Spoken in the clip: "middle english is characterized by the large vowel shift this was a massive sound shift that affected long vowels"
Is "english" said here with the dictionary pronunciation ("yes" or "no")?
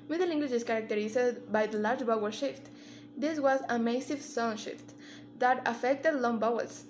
no